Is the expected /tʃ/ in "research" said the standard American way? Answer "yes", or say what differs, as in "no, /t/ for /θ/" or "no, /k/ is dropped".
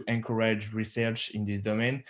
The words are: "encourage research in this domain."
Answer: yes